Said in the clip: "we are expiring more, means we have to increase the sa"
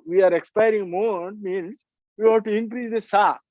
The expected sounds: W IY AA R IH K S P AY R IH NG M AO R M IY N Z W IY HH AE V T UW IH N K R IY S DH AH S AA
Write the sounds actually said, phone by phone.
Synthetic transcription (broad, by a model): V IY AA R IH K S P AY R IH NG M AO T M IY N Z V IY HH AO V T UW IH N K R IY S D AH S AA